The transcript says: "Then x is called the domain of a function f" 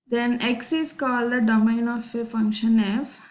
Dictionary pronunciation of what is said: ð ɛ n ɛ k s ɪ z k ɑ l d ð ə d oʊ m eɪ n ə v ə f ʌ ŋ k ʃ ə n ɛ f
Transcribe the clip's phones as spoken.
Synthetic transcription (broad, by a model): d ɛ n ɛ k s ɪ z k ɑ l d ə d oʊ m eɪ n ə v ə f ʌ ŋ k ʃ ə n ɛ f